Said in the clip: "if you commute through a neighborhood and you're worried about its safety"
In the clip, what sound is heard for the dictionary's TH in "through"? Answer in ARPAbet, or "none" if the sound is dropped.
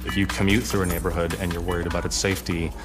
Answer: TH